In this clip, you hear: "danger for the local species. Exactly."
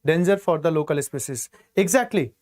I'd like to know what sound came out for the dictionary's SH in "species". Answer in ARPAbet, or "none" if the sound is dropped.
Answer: S